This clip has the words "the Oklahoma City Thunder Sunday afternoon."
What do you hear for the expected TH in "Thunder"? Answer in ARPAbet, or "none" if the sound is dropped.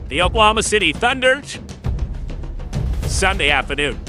TH